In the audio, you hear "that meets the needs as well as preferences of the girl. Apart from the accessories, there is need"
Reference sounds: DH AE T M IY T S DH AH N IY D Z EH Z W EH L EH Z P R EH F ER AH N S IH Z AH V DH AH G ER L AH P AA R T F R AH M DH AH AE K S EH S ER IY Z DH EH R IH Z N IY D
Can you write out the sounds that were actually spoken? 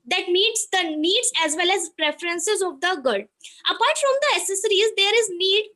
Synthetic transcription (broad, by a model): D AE T M IY T S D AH N IY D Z EH Z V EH L EH Z P R EH F ER AH N S IH Z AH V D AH G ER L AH P AA R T F R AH M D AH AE S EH S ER IY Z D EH R IH Z N IY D